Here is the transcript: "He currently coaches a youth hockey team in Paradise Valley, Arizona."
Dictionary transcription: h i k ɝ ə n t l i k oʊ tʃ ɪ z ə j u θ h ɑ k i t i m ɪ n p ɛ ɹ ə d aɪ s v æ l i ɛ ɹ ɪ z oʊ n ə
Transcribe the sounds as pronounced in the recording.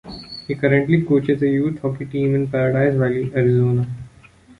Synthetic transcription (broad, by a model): h i k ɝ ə n t l i k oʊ tʃ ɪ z ə j u t h ɑ k i t i m ɪ n p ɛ ɹ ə d aɪ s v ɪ l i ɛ ɹ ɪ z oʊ n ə